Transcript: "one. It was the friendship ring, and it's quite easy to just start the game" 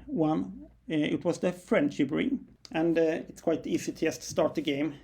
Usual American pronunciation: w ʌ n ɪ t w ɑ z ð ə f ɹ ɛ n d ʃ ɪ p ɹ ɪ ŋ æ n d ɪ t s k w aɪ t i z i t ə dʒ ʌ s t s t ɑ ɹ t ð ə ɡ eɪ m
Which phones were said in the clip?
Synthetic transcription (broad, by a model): w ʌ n ɪ t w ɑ s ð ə f ɹ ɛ n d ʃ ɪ p ɹ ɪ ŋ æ n d ɪ t s k w aɪ t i s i t ə s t s t ɑ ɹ t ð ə ɡ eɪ m